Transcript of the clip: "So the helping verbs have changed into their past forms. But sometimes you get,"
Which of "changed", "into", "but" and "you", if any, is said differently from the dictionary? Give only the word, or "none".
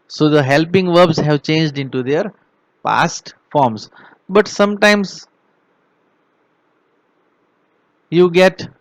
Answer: none